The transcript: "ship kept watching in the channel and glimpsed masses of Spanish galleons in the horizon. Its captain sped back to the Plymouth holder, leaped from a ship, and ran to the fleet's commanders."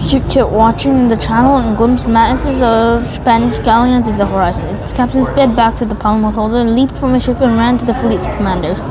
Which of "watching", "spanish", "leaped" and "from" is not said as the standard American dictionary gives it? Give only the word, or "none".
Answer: none